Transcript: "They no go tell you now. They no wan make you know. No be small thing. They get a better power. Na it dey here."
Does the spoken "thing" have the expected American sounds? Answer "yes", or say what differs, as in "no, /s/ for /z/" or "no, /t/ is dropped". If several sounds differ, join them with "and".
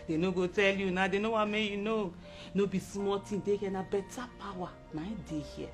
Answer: no, /t/ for /θ/